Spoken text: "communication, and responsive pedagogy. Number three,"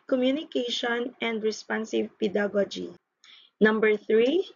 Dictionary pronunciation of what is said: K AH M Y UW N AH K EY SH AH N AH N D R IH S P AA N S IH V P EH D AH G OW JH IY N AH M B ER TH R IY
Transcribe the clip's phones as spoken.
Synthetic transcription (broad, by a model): K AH M Y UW N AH K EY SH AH N AH N D R IH S P AA N S IH V P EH D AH G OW JH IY N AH M B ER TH R IY